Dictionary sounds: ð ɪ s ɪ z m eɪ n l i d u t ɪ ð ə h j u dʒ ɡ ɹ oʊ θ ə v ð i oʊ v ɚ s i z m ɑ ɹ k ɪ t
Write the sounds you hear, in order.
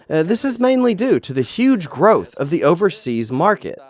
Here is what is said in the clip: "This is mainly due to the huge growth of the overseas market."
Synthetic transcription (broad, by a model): ð ɪ s ɪ z m eɪ n l i d u t ɪ ð ə h j u dʒ ɡ ɹ oʊ θ ə v ð i oʊ v ɚ s i z m ɑ ɹ k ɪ t